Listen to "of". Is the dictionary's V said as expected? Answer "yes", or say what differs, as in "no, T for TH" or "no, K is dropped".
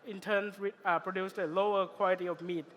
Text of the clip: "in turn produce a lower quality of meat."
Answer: no, F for V